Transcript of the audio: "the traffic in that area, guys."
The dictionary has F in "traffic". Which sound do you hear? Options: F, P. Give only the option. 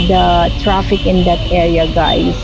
F